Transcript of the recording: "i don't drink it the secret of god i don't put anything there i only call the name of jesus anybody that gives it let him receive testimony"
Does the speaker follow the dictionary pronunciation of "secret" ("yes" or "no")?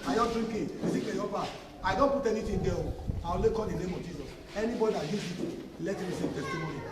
no